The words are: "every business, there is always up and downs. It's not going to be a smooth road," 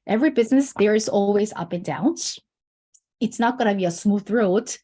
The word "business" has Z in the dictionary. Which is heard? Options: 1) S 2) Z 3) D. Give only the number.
2